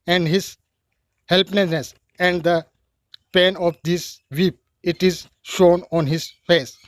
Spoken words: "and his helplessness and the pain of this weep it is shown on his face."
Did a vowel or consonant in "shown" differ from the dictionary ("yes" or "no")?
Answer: no